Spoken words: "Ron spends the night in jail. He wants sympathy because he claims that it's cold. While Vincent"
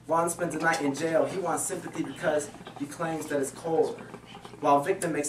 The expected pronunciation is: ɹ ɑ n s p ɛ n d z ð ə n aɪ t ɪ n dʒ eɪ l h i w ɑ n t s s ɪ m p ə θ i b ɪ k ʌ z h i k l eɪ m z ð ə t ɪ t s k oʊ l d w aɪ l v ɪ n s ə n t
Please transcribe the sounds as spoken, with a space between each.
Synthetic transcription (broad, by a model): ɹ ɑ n s p ɛ n d z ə n aɪ t ɪ n dʒ eɪ l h i w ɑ n t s s ɪ m p ə θ i b ɪ k ʌ z h i k l eɪ m z ð ə t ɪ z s k oʊ l d w aɪ l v ɪ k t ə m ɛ